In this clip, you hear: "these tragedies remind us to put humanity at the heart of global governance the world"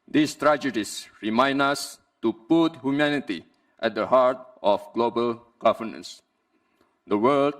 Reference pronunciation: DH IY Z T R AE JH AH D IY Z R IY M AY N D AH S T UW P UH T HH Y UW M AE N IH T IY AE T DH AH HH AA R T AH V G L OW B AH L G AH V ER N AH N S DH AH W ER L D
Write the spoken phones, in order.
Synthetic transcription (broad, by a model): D IY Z T R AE JH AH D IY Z R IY M AY N AH S T UW P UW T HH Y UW M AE N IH T IY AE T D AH HH AA R T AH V G L OW B AH L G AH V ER N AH N S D AH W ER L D